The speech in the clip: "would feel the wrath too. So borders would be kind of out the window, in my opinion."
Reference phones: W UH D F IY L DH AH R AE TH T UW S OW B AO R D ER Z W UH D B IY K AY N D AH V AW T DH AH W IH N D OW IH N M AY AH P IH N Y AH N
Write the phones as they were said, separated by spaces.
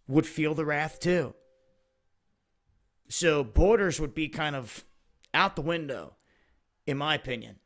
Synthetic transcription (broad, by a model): W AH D F IY L DH AH R AE TH T UW S OW B AO R D ER Z W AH D B IY K AY N D AH V AW T DH AH W IH N D OW IH N M AY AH P IH N Y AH N